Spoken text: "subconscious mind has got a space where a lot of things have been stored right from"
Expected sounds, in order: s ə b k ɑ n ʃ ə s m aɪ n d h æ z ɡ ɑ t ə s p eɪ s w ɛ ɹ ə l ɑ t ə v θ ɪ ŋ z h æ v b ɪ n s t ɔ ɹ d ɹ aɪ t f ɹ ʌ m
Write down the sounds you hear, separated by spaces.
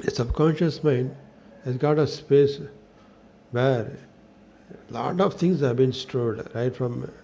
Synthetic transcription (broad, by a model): s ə b k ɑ n ʃ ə s m aɪ n d h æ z ɡ ɑ t ə s p eɪ s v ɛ ɹ l ɑ t ə v t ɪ ŋ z h æ v b ɪ n s t ɔ l d ɹ aɪ t f ɹ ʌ m